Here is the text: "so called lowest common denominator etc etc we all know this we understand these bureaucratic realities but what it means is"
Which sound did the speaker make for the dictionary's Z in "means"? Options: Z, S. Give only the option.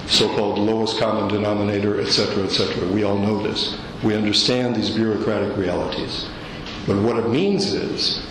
Z